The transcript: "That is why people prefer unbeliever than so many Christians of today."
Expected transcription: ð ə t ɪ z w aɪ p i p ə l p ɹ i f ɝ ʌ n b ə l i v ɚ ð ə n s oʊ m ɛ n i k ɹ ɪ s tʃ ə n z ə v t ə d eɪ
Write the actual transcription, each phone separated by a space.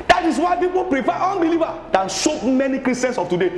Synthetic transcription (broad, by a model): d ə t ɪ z w aɪ p i p ə l p ɹ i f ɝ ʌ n b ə l i v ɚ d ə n ʃ oʊ m ɛ n i k ɹ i s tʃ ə n s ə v t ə d eɪ